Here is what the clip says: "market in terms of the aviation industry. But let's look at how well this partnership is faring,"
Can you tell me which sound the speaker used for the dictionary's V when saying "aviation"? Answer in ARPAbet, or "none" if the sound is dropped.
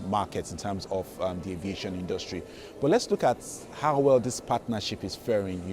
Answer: V